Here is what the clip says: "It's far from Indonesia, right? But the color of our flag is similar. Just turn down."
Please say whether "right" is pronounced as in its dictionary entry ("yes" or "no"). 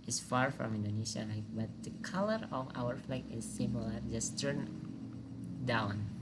no